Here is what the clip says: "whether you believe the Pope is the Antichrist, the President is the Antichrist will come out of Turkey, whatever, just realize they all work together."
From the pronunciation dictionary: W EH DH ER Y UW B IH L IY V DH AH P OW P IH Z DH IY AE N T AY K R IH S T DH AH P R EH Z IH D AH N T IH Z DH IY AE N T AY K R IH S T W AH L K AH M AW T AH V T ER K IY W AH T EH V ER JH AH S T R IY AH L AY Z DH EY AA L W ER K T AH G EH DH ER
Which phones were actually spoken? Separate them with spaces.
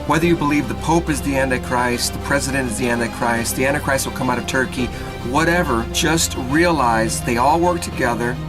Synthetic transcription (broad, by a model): W EH DH ER Y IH B IH L IY V DH AH P OW P IH Z DH IY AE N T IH K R IH S T DH AH P R EH Z IH D AH N T IH Z DH IY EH N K AY K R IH S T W L K AH M AW T AH V T ER K IY W AH T EH V ER JH AH S T R IY AH L AY Z DH EY AA L W ER K T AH G EH DH ER